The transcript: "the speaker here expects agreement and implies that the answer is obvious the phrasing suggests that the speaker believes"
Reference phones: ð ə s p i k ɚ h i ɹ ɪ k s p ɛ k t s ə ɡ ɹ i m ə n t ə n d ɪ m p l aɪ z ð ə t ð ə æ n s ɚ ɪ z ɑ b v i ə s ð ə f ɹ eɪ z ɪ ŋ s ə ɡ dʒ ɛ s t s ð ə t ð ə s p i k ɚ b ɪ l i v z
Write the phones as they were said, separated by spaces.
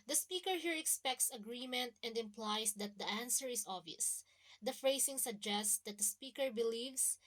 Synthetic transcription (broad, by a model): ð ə s p i k ɚ h i ɹ ɪ k s p ɛ k t s ə ɡ ɹ i m ə n t ə n d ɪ m p l aɪ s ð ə t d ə æ n s ɚ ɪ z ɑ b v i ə s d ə f ɹ eɪ s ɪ ŋ s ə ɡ dʒ ɛ s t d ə t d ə s p i k ɚ b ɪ l i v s